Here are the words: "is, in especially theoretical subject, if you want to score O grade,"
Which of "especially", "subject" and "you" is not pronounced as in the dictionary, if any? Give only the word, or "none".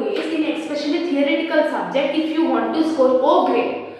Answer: especially